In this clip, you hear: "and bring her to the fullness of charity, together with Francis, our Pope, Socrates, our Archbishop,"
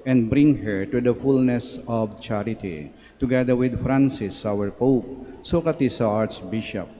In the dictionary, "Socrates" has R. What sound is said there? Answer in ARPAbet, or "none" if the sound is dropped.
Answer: none